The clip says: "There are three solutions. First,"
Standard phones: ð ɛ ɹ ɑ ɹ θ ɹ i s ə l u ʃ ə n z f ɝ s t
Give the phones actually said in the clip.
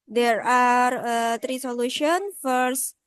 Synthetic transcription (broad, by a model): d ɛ ɹ ɑ ɹ t ɹ i s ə l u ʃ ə n f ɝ s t